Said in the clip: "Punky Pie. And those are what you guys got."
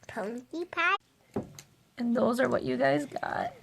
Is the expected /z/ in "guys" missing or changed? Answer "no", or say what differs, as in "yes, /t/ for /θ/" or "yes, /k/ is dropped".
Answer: no